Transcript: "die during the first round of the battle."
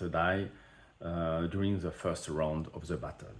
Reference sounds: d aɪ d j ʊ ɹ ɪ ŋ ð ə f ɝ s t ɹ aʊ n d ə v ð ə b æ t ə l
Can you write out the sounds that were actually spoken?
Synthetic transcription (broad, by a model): d aɪ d j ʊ ɹ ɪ ŋ ð ə f ɝ s t ɹ aʊ n d ə v ð ə b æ t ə l